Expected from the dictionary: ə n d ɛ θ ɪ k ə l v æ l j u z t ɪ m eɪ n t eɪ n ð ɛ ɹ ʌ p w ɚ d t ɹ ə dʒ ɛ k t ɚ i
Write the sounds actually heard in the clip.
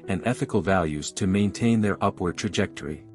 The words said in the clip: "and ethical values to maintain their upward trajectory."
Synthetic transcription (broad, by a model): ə n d ɛ θ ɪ k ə l v æ l j u z t ɪ m eɪ n t eɪ n ð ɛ ɹ ʌ p w ɚ d t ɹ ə dʒ ɛ k t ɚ i